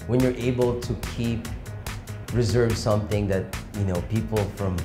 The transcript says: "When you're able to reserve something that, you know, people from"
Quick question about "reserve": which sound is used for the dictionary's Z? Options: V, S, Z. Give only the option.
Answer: Z